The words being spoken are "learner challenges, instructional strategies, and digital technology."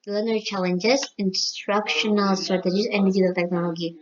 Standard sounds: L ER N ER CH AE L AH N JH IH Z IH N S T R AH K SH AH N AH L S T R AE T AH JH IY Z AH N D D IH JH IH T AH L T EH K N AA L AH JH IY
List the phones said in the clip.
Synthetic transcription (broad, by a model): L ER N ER CH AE L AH N JH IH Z IH N S T R AH K SH AH N AH L S T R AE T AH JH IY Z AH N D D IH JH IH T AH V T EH K N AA L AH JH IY